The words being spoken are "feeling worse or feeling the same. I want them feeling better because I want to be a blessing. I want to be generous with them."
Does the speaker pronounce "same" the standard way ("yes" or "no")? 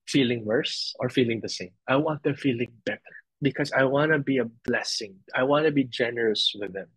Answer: yes